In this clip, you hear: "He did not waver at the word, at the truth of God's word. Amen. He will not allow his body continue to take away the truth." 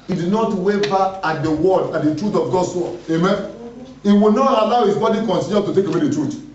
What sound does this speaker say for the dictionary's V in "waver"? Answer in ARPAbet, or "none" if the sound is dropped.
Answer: B